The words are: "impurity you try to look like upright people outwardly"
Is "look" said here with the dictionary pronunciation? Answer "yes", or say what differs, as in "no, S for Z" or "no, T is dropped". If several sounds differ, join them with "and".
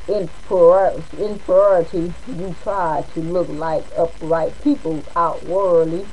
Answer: yes